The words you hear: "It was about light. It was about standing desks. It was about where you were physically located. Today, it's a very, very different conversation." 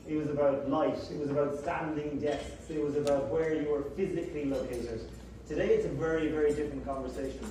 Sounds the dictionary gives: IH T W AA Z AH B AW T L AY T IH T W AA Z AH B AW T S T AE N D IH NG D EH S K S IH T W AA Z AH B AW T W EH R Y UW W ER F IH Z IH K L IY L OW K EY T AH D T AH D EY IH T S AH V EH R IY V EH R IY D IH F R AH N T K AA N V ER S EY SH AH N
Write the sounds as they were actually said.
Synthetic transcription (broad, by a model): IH T W AA Z AH B AW T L AY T IH T W AA Z AH B AW T S T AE N D IH NG D EH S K S IH T W AA Z AH B AW T W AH R Y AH W ER F IH Z IH K L IY L OW K EY T AH D T AH D EY IH T S AH V EH R IY V EH R IY D IH F R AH N K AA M V ER S EY SH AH N